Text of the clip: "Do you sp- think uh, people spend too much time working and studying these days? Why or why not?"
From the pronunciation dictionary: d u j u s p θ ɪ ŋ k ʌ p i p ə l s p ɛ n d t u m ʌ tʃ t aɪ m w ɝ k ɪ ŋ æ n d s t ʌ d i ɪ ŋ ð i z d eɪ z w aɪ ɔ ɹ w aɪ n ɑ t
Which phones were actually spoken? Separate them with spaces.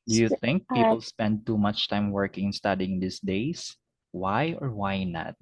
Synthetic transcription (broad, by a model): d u j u θ ɪ ŋ k p i p ə l s p ɛ n d t u m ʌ tʃ t aɪ m w ɝ k ɪ ŋ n s t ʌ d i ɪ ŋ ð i s d eɪ s w aɪ ɔ ɹ w aɪ n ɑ t